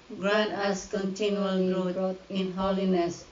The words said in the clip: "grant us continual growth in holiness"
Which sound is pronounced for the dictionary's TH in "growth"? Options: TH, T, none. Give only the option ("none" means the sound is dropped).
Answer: T